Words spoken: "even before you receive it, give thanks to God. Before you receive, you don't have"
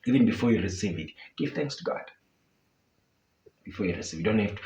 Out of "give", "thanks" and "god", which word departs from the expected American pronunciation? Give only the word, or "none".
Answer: none